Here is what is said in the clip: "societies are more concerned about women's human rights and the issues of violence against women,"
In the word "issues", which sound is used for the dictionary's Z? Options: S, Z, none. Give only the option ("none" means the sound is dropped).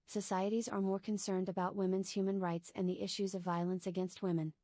Z